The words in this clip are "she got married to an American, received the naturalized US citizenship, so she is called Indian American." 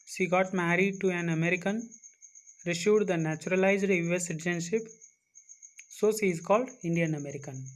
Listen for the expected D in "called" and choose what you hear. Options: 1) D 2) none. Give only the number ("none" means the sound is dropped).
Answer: 1